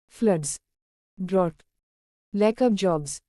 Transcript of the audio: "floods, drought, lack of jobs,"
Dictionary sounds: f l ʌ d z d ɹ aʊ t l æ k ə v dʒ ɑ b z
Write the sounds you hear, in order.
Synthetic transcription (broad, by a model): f l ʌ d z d ɹ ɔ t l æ k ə p dʒ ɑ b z